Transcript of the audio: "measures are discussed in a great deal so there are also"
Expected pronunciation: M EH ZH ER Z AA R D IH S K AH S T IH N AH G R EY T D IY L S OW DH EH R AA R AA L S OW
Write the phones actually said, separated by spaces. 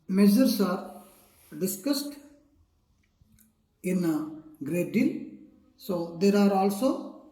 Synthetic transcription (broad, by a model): M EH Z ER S AA R D IH S K AH S T IH N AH G R EY T D IY L S OW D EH R AA R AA L S OW